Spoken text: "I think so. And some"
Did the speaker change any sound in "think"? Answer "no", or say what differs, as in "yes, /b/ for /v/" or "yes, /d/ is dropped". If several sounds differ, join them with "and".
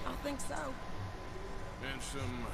no